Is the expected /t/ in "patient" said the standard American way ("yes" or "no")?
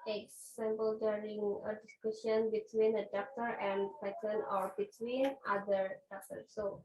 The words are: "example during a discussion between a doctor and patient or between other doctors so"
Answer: no